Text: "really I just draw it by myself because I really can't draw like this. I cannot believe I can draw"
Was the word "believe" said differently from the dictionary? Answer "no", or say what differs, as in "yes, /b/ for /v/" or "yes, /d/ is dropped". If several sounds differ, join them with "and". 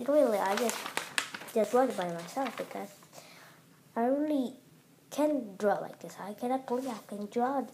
yes, /v/ is dropped